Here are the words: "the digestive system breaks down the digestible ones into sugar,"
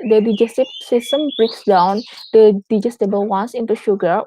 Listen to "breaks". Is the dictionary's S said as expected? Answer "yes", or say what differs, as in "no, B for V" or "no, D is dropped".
yes